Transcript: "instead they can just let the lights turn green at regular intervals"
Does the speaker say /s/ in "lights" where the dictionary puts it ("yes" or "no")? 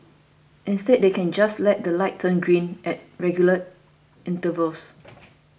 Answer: no